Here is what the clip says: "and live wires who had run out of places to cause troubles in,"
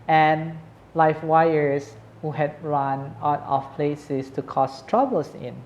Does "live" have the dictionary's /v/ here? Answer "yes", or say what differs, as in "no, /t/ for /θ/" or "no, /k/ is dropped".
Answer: no, /f/ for /v/